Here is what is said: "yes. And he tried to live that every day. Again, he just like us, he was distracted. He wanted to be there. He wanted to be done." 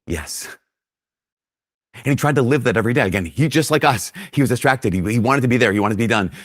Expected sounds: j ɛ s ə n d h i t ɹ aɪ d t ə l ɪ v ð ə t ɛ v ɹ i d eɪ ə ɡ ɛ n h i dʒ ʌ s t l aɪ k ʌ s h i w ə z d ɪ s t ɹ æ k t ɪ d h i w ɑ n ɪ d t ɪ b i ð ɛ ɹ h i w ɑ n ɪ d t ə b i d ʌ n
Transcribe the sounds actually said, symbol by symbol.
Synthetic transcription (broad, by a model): j ɛ s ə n i t ɹ aɪ d t ə l ɪ v ð ə t ɛ v ɹ i d eɪ ə ɡ ɛ n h i dʒ ʌ s t l aɪ k ʌ s h i w ə z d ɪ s t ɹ æ k t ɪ d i i w ɑ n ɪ d t ɪ b i ð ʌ ɹ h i w ɑ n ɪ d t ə b i d ʌ n